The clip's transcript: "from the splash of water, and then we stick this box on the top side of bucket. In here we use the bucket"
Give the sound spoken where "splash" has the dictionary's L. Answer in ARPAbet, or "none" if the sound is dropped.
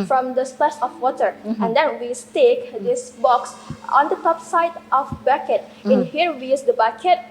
none